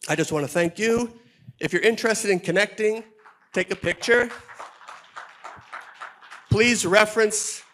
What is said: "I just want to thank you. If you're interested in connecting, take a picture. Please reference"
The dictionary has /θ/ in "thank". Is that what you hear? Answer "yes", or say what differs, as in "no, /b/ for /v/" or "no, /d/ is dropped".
yes